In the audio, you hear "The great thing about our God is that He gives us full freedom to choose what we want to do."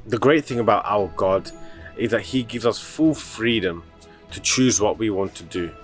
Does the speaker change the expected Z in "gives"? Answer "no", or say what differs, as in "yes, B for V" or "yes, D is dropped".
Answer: no